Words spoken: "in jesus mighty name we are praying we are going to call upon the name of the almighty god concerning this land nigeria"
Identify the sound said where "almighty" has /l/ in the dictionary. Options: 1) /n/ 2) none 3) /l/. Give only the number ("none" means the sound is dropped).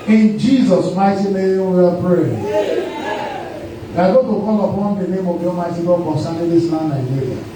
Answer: 2